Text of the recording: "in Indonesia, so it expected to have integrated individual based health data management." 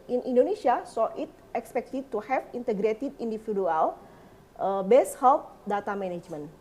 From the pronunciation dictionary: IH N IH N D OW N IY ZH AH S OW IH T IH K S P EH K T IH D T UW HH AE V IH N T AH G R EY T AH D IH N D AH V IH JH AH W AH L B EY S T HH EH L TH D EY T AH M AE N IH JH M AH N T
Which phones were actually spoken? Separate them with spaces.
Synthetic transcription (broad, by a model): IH N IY N D OW N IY S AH S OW IH T IH K S P EH K T IH D T UW HH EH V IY N T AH G R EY T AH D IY N D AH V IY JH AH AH L B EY S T HH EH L T D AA T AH M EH N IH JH M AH N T